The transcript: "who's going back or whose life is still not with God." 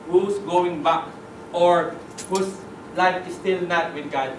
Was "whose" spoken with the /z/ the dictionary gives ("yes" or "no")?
no